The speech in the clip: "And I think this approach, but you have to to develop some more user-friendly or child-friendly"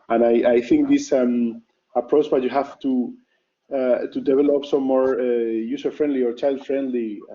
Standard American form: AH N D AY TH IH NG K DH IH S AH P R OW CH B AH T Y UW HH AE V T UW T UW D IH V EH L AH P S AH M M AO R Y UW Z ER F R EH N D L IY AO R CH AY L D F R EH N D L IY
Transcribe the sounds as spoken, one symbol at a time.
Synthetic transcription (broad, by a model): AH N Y AY TH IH NG K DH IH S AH P R OW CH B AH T Y UW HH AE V T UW T UW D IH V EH L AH P S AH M M AO R Y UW S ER F R EH N D L IY AO R CH AY L D F R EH N D L IY